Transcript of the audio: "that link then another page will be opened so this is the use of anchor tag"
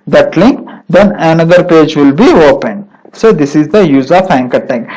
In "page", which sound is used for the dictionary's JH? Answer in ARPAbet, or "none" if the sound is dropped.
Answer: JH